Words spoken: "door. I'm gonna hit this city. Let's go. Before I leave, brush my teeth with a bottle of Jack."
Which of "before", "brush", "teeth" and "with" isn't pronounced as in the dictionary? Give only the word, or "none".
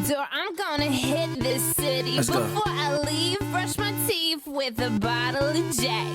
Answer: teeth